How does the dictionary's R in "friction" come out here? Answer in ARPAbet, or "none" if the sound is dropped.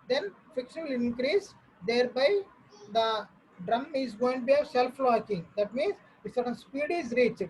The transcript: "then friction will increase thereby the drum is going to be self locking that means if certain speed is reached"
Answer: none